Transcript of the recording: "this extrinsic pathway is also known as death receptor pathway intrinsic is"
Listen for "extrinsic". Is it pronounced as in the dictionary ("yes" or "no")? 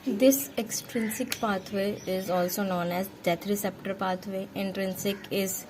yes